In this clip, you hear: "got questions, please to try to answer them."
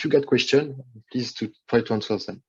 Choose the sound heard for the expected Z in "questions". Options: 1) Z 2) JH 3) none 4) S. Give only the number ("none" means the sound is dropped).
3